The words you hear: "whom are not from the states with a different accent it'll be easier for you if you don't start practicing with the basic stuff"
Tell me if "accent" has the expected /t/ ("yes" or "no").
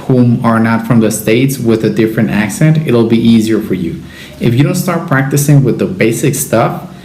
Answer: yes